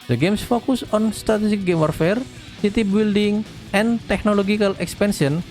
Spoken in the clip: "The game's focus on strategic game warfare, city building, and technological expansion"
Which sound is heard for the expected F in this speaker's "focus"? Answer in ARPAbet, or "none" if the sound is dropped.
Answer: F